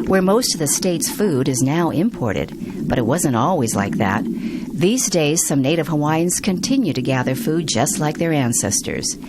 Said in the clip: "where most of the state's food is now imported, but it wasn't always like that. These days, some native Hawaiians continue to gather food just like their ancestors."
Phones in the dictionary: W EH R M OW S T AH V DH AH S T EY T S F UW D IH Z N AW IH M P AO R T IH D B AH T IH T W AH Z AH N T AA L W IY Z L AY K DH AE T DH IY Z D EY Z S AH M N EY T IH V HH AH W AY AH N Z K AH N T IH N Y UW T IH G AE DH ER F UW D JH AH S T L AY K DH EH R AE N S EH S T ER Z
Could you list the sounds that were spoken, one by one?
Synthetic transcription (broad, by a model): W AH R M OW S T AH V DH AH S T EY T S F UW D IH Z N AW IH M P AO R T IH D B AH T IH T W AH Z AH N T AA L W IY Z L AY K DH AE T DH IY Z D EY Z S AH M N EY T IH V HH AH W AY AH N Z K AH N T IH N Y UW T IH G AE DH ER F UW D JH AH S T L AY K DH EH R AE N S EH S T ER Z